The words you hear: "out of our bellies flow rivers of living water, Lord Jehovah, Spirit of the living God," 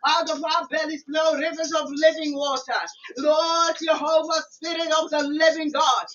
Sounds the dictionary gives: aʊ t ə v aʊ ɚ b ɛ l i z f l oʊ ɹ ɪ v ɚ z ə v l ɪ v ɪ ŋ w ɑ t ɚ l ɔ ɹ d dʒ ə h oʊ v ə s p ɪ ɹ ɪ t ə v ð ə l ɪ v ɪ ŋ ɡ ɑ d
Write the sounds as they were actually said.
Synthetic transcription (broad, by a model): aʊ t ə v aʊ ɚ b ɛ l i f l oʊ ɹ ɪ v ɚ z ə v l ɪ v ɪ ŋ w ɑ t ɚ l ɔ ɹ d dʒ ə h oʊ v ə s p ɪ ɹ ɪ t ə v ð ə l ɪ v ɪ ŋ ɡ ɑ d